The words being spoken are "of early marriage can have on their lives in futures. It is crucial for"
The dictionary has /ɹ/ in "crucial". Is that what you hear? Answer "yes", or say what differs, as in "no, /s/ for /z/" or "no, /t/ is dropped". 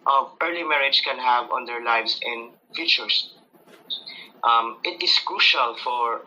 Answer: yes